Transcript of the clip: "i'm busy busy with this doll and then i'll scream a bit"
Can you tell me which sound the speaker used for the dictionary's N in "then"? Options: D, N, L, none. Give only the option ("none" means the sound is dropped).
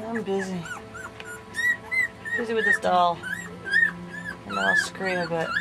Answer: none